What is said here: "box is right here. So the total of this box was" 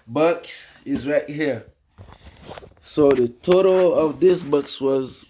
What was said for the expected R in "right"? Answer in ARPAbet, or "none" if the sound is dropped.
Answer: R